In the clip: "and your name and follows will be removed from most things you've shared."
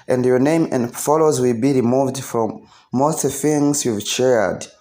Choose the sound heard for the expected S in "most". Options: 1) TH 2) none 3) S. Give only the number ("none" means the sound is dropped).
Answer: 2